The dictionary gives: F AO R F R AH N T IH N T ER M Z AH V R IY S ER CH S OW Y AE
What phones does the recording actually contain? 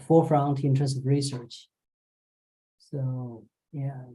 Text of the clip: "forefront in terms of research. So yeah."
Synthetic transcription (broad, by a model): F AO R F R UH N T IH N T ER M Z AH V R IY S ER CH S OW Y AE